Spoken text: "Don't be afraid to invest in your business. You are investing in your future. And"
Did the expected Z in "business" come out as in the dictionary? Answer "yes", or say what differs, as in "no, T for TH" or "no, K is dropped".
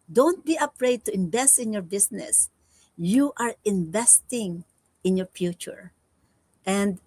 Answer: no, S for Z